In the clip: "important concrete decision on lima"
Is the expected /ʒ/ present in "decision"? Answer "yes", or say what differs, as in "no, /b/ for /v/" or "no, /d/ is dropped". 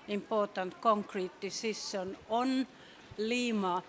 no, /s/ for /ʒ/